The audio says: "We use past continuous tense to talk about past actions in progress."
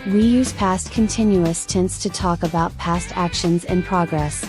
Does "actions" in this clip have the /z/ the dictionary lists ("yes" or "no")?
yes